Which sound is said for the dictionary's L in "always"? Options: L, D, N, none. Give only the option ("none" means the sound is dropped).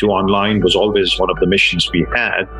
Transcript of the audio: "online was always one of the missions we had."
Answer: L